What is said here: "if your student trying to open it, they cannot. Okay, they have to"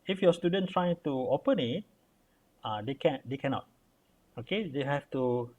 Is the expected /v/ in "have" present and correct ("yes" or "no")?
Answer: no